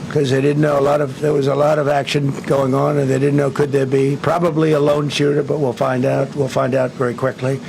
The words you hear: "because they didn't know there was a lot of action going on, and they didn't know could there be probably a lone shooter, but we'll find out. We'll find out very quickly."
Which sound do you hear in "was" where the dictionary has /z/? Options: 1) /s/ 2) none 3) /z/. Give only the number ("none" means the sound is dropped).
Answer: 3